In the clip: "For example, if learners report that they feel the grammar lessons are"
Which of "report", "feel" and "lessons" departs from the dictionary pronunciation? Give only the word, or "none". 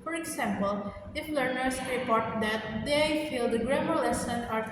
lessons